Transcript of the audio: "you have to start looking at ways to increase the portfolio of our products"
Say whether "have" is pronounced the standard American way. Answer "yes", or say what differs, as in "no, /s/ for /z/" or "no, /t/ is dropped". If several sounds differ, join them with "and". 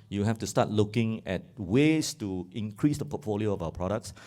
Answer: no, /f/ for /v/